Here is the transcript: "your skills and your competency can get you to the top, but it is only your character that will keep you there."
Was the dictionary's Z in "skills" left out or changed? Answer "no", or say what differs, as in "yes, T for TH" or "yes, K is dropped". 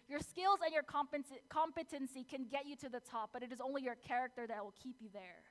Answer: no